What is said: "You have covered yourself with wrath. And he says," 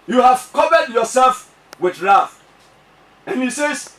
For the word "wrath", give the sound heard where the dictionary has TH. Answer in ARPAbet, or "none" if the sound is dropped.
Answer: F